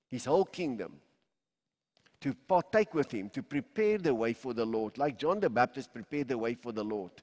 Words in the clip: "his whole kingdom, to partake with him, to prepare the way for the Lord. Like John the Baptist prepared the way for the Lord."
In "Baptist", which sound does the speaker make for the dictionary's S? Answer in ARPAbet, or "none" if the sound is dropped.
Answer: S